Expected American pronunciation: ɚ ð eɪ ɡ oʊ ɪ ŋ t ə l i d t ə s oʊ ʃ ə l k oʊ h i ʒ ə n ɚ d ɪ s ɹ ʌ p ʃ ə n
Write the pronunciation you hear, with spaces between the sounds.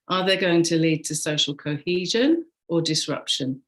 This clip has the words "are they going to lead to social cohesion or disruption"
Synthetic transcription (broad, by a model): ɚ ð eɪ ɡ oʊ ɪ ŋ t ə l i d t ə s oʊ ʃ ə l k oʊ h i ʒ ə n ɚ d ɪ s ɹ ʌ p ʃ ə n